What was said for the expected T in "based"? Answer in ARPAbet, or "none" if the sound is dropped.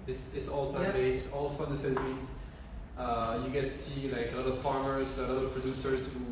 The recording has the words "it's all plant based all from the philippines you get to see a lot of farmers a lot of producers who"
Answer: none